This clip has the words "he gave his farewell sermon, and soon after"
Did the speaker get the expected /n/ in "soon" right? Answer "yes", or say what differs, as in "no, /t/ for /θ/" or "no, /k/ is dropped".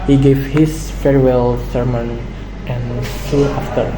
no, /n/ is dropped